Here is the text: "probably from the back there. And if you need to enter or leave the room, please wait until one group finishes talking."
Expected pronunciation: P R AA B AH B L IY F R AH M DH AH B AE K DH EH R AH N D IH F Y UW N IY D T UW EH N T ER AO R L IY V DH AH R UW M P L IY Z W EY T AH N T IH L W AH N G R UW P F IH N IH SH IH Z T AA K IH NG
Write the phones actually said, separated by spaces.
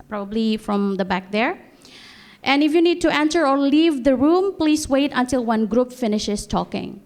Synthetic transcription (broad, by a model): P R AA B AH B L IY F R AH M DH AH B AE K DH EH R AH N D IH F Y UW N IY D T UW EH N S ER AO R L IY V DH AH R UW M P L IY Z W EY T AH N T IH L W AH N G R UW P F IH N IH SH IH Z T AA K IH NG